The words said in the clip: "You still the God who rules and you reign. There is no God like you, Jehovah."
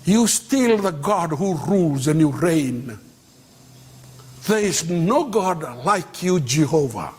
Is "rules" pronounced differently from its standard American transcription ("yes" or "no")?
no